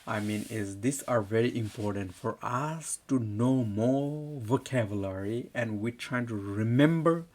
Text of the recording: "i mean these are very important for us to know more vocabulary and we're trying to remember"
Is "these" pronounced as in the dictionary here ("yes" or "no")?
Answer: no